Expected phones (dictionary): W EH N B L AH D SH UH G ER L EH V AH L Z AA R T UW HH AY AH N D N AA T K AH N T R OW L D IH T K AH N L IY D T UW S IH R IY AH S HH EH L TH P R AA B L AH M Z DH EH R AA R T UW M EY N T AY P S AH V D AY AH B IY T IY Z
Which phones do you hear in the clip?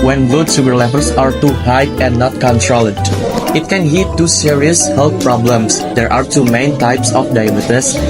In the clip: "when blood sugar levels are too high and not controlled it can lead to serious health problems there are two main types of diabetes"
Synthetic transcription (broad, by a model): W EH N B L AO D S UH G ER L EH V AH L S AA R T UW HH AY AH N N AA T K AH N T R OW L D IH T K AH N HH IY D T UW S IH R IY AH S HH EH L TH P R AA B L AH M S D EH R AA R T UW M EY N T AY P S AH F D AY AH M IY T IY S